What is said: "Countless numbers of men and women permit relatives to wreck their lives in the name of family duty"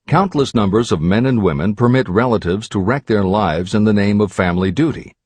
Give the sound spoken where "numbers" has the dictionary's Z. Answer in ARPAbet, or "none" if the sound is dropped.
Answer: Z